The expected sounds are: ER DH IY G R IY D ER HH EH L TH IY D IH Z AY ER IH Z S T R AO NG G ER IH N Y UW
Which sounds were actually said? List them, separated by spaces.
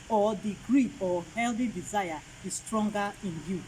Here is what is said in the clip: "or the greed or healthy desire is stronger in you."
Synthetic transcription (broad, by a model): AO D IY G R IY AO HH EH L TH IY D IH Z AY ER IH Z S T R AO NG G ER IH N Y UW